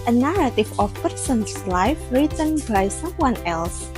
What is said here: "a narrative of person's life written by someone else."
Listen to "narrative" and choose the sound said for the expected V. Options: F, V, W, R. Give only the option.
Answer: F